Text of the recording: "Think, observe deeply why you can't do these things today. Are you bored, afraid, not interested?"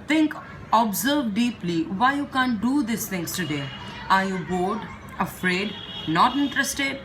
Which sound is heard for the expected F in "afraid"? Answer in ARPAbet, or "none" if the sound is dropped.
F